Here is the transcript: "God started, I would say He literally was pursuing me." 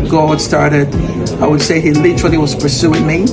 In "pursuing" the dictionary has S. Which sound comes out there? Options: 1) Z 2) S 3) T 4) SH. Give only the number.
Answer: 2